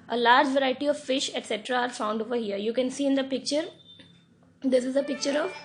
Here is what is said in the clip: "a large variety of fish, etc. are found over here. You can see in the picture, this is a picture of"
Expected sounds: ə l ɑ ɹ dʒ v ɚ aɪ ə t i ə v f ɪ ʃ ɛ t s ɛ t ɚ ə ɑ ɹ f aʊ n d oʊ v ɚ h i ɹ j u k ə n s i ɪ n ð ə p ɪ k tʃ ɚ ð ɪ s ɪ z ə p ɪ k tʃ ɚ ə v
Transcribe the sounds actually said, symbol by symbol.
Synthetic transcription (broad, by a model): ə l ɑ ɹ dʒ v ɚ aɪ ə t i ə v f ɪ ʃ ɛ t s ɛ t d ɑ ɹ f aʊ n d oʊ v ɚ h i ɹ j u k ə n s i ɪ n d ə p ɪ k tʃ ɚ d ɪ s ɪ z ə p ɪ k tʃ ɚ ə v